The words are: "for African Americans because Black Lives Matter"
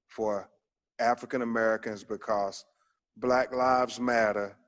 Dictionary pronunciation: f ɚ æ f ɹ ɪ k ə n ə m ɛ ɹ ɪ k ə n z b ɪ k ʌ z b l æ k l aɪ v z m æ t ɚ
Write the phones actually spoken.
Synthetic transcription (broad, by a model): f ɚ æ f ɹ ɪ k ə n ə m ɛ ɹ ɪ k ə n z b ɪ k ʌ z b l æ k l aɪ v z m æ t ɚ